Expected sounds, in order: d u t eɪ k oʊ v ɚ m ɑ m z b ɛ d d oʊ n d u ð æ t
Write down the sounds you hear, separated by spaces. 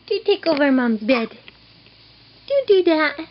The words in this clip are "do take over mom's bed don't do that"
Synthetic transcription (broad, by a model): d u t eɪ k oʊ v ɚ m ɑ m b ɛ d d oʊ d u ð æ t